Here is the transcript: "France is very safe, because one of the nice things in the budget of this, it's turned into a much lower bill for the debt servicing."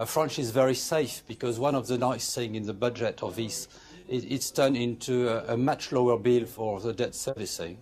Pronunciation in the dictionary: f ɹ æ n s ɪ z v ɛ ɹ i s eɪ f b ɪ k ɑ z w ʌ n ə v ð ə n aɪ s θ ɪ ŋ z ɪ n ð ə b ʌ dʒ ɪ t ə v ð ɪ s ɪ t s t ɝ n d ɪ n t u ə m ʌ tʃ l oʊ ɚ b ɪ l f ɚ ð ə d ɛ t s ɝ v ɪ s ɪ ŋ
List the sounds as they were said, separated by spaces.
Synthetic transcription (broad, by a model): f ɹ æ n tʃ ɪ z v ɛ ɹ i s eɪ f b ɪ k ɑ z w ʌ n ə v ð ə n aɪ s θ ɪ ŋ ɪ n ð ə b ʌ dʒ ɪ t ə v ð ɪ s ɪ t s t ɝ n ɪ n t u ə m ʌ tʃ l oʊ ɚ b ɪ l f ɚ ð ə d ɛ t s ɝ v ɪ s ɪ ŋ